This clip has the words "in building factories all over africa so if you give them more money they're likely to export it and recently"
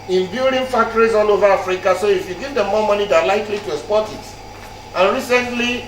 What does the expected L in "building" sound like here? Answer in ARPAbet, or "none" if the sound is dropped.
none